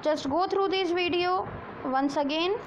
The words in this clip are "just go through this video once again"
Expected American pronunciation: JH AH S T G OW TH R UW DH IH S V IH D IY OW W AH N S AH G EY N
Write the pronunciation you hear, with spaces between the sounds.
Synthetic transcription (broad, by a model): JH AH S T G OW T R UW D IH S V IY D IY OW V AH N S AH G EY N